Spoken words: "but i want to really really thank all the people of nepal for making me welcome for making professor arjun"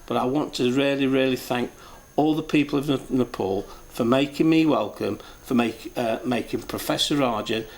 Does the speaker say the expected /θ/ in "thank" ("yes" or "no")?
yes